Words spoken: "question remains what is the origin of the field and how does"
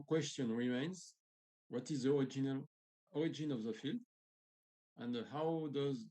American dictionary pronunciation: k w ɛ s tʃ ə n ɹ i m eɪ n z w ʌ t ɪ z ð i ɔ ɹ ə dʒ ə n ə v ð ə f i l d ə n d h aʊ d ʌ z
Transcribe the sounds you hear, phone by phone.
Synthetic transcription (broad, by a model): k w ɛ s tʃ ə n ɹ i m eɪ n z w ʌ t ɪ z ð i ɔ ɹ ə dʒ ə n ə v ð ə f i l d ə n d h aʊ d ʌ z